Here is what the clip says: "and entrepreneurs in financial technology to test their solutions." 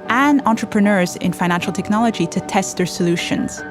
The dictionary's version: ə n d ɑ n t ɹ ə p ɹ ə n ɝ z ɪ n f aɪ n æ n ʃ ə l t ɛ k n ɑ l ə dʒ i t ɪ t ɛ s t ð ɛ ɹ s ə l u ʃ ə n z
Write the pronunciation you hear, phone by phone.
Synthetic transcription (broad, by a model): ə n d ɑ n t ɹ ə p ɹ ə n ɝ z ɪ n f aɪ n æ n ʃ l t ɛ k n ɑ l ə dʒ i t ɪ t ɛ s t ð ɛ ɹ s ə l u ʃ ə n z